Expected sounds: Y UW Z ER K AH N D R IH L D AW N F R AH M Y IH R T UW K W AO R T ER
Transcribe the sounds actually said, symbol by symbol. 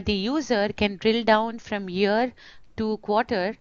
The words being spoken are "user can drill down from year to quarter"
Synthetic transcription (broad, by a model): Y UW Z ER K AH N D R IH L D AW N F R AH M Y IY R T UW K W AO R T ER